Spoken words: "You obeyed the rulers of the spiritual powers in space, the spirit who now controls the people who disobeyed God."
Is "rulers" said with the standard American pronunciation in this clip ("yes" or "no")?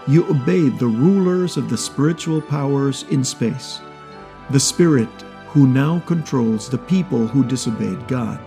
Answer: yes